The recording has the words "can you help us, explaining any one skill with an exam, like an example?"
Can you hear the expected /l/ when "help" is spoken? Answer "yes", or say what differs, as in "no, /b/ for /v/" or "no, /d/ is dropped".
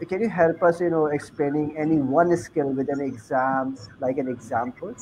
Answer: yes